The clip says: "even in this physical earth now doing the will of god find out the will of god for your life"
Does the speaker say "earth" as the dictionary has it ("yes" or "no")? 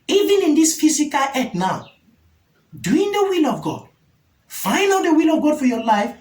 no